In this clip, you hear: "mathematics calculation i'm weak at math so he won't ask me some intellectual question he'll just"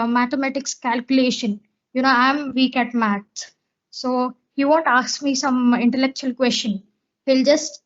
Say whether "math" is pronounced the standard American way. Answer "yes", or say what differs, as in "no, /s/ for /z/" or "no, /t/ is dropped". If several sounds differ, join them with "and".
no, /s/ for /θ/